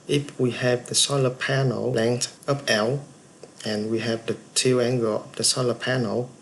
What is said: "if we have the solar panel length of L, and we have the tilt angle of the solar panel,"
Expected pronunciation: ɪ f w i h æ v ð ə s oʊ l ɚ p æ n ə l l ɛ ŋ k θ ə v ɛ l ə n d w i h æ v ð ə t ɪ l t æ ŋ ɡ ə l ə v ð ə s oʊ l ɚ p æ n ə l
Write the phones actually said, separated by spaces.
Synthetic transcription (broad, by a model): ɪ f w i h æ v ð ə s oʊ l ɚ p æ n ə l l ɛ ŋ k t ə p ɛ l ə n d w i h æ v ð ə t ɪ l æ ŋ ɡ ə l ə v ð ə s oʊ l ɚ p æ n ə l